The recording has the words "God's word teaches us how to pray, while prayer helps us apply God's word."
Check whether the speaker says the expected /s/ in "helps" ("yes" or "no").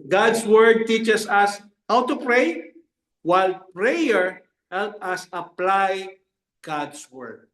no